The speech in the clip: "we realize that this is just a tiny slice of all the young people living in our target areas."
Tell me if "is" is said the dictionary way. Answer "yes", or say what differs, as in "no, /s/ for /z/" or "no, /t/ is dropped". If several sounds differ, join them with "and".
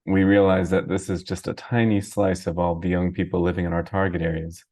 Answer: yes